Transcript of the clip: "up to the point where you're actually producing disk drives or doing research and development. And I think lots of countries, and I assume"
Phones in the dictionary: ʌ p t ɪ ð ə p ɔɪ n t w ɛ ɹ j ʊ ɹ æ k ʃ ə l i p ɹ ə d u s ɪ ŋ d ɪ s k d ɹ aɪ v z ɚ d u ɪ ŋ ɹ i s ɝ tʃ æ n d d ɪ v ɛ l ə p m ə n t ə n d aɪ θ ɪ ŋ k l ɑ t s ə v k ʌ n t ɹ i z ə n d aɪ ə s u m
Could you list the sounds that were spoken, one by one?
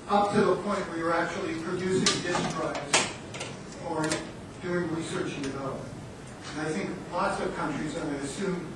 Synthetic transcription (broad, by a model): ʌ p t ɪ ð ə p ɔɪ n t w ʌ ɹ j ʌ ɹ æ k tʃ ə l i p ɹ ə d u s ɪ ŋ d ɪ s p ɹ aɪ z ɚ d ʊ ɪ ŋ ɹ i s ɝ tʃ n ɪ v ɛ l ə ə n ə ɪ θ ɪ ŋ k l ɑ t s ə v k ʌ n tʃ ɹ i z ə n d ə s u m